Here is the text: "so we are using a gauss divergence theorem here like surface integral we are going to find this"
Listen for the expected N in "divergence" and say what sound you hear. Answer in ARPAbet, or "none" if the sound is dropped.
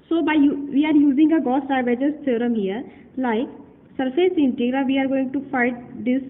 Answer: none